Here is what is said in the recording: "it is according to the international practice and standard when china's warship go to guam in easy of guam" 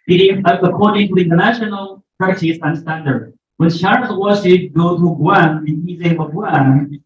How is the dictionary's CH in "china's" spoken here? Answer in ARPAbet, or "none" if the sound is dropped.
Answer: SH